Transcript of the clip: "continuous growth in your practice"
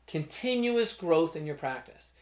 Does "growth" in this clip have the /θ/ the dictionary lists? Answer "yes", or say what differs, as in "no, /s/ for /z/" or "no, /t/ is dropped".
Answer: yes